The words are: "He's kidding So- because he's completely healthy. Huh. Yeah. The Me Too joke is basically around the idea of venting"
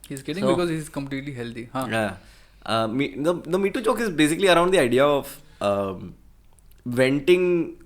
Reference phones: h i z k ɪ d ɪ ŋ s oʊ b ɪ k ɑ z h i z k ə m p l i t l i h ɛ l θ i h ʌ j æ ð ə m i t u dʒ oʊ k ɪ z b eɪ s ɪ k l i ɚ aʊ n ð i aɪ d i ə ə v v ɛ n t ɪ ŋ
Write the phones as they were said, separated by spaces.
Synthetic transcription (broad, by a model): h i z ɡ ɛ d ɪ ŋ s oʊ b ɪ k ɑ z h i z k ə m p l i t l i h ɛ l t i h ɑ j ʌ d ə m i t u tʃ oʊ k ɪ z b eɪ s ɪ k l i ɚ aʊ n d i aɪ d i ə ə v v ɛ n t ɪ ŋ